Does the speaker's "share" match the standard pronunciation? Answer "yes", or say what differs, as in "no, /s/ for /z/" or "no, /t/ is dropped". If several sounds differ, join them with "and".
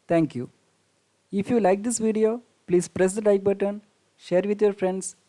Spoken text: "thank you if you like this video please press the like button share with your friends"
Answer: yes